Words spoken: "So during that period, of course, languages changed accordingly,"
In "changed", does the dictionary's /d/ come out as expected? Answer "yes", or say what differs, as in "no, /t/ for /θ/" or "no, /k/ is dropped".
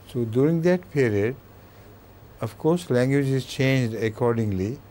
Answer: yes